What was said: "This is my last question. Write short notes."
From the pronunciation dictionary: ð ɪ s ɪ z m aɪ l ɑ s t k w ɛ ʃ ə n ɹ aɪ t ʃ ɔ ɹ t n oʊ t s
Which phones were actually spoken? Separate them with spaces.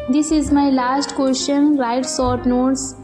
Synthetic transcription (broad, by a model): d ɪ s ɪ z m aɪ l ɑ s t k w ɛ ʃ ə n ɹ aɪ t s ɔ ɹ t n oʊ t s